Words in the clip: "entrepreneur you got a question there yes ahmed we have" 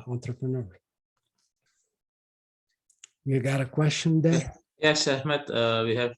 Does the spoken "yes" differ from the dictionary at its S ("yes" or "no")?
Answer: no